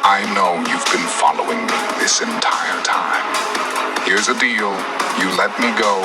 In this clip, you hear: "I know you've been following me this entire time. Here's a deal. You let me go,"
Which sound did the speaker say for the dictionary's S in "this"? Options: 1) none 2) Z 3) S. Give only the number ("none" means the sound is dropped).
3